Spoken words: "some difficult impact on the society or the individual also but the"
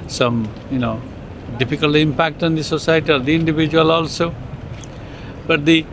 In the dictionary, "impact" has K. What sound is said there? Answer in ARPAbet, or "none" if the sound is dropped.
K